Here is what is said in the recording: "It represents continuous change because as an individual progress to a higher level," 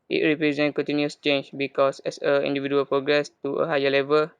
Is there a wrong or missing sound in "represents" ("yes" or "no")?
yes